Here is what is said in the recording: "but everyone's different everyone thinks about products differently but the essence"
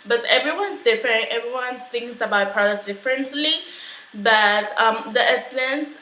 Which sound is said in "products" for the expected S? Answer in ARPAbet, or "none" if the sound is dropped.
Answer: none